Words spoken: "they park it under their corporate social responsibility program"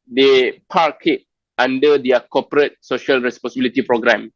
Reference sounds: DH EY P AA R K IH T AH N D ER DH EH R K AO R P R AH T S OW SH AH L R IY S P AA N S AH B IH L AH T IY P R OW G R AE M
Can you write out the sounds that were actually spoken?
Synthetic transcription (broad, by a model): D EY P AA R K IH T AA N D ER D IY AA K AO P R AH T S OW SH AH L R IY S P AA N S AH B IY L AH T IY P R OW G R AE M